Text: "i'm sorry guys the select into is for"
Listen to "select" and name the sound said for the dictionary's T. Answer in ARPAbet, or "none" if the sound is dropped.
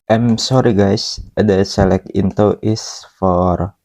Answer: none